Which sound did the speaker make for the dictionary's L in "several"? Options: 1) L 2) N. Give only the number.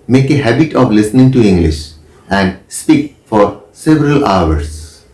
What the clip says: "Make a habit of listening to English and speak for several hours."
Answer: 1